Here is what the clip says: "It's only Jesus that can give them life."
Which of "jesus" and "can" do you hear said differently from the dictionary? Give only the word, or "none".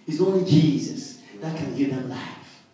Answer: none